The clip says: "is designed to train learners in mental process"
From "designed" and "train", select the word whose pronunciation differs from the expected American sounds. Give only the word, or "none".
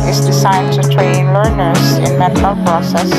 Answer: designed